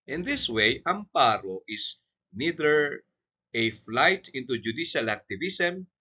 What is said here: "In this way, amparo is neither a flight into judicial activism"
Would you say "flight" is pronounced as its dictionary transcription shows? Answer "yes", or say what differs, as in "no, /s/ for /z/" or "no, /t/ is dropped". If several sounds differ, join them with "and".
yes